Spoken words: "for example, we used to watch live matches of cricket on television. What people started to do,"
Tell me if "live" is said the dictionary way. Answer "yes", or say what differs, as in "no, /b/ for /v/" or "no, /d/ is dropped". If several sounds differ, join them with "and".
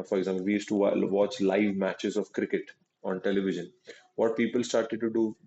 yes